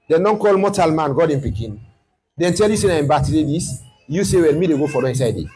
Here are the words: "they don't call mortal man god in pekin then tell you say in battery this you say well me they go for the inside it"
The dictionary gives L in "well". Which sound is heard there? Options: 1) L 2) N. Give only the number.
2